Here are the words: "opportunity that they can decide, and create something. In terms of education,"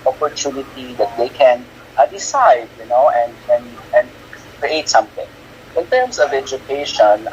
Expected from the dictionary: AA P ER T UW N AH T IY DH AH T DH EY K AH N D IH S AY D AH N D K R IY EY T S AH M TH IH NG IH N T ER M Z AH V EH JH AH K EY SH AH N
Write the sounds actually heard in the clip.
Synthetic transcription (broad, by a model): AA P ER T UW N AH T IY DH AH T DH EY K AH N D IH S AY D AH N D K R IY EY T S AH M TH IH NG IH N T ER M S AH V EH JH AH K EY SH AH N